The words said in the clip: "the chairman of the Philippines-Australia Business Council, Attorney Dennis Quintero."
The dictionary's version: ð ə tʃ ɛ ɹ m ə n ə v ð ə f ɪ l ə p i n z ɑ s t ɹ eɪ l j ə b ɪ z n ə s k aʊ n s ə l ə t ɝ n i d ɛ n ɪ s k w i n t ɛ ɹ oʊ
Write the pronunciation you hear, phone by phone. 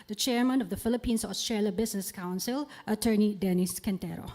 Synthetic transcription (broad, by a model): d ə tʃ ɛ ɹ m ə n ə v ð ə f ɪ l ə p i n s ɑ s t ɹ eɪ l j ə b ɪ s n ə s k aʊ n s ə l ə t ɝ n i d ɛ n ɪ s k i n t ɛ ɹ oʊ